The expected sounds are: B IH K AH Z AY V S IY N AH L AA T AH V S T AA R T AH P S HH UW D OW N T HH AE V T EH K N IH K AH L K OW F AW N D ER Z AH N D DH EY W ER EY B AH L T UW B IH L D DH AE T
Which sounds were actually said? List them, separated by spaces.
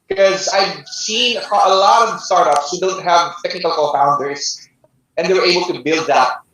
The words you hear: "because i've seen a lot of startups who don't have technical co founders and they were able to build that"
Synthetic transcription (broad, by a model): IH K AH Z AY V S IY N AH L AA T AH V S T AA R T AH P S HH UW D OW L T HH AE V T EH K N IH K AH L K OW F AW N D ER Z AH N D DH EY W ER EY B AH L T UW B IH L D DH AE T